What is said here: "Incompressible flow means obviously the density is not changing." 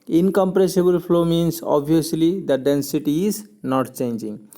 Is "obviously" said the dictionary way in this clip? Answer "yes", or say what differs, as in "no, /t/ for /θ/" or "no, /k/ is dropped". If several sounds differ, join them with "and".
no, /v/ is dropped